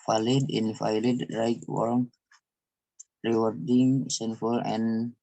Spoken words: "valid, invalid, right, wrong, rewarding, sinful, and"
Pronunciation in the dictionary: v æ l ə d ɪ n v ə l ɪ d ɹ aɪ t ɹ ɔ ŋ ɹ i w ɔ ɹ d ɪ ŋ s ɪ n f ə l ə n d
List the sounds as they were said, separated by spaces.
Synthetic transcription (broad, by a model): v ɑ l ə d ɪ n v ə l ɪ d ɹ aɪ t w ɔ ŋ ɹ i w ɔ ɹ d ɪ ŋ s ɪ n f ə l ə n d